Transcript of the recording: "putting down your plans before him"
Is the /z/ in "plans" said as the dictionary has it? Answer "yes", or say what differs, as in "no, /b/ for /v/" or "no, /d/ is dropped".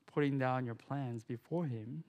yes